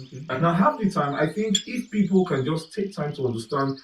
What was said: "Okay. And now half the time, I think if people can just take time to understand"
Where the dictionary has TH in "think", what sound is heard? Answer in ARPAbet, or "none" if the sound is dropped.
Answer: TH